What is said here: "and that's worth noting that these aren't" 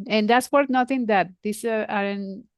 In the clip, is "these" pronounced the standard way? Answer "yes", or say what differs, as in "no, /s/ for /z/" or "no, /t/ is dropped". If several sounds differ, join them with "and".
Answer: no, /s/ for /z/